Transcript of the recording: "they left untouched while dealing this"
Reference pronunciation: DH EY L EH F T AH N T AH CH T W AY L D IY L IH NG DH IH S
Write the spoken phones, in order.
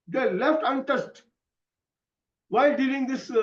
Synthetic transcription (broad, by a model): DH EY L EH F T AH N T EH S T W AY L D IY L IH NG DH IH S